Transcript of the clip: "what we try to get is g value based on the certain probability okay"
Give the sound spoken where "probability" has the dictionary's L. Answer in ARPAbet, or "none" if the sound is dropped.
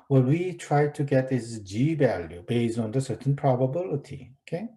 L